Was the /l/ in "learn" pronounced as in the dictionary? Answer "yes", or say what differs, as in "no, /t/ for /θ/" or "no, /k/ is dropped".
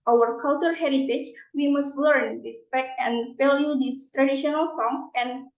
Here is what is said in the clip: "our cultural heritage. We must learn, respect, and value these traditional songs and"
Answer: yes